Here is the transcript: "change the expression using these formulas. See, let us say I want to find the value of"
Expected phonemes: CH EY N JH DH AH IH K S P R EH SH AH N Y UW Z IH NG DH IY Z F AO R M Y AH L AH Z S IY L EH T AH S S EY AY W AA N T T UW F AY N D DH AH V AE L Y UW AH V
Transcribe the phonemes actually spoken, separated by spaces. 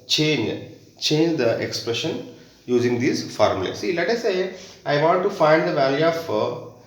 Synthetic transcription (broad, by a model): CH EY N JH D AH IH K S P R EH SH AH N Y UW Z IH NG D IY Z F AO R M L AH S IY L EH T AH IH S EY AY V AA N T T UW F AY N D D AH V AE L Y UW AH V